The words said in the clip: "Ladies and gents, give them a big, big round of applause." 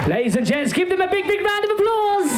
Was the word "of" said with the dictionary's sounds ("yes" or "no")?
yes